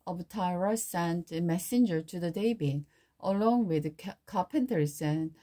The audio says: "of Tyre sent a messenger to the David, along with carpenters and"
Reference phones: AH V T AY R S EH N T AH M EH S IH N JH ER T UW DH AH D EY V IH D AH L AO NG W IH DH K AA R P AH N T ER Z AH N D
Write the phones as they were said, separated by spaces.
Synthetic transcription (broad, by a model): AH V T AY R S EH N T AH M EH S IH N JH ER T UW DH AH D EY B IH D AH L AO NG W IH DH K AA P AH N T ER S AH N